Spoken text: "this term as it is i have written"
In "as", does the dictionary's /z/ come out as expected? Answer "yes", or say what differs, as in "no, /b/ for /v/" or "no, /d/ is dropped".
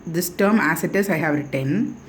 no, /s/ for /z/